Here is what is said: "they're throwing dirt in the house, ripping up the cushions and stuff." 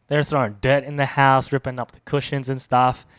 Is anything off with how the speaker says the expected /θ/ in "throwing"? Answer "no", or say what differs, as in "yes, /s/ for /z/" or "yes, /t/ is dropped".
yes, /s/ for /θ/